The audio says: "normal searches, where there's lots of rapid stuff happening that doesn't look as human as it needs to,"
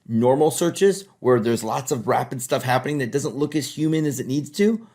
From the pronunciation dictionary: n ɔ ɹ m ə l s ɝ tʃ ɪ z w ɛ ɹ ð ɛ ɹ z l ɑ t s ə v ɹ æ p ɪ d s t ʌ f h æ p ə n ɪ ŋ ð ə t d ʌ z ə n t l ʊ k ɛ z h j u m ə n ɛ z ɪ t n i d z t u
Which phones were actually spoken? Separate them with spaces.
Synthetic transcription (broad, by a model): n ɔ ɹ m l s ɝ tʃ ɪ z w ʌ ɹ ð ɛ ɹ z l ɑ t s ə v ɹ æ p ɪ d s t ʌ f h æ p ə n ɪ ŋ ð ə t d ʌ z ə n t l ʊ k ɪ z h j u m ə n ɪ z ɪ t n i d z t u